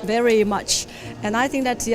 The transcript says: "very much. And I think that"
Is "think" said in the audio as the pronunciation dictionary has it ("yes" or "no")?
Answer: yes